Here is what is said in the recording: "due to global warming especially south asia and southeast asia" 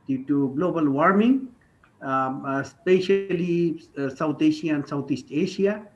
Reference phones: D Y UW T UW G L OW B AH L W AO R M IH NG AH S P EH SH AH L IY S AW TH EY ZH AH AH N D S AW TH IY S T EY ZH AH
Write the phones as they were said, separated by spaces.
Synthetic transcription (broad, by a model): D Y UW T UW G L OW B AH L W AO R M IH NG S P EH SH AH L IY S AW T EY SH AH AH N S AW T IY S T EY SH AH